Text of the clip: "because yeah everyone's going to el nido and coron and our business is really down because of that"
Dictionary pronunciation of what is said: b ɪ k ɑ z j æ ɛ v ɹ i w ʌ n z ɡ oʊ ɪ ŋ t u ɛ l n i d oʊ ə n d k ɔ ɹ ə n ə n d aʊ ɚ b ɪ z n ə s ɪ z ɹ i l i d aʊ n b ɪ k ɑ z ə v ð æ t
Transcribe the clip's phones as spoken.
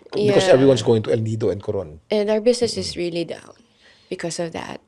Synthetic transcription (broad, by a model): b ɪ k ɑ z ɛ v ɹ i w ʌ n s ɡ oʊ ɪ ŋ t u ɛ l n i d oʊ ə n d k ɔ ɹ ə n ə n d aʊ ɚ b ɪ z n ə s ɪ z ɹ i l i d aʊ n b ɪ k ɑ s ə v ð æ t